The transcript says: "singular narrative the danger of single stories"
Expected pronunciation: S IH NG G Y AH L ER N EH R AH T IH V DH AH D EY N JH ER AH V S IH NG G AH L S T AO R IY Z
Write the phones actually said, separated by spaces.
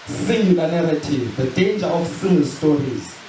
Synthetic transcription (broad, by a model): S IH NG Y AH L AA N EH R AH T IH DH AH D EY N JH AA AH F S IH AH N S T AO R IY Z